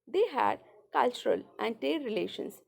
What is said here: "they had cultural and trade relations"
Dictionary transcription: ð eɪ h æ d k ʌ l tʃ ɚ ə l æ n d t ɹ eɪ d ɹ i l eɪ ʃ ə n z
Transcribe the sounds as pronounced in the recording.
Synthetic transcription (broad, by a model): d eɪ h æ d k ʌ l tʃ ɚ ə l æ n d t eɪ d ɹ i l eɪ ʃ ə n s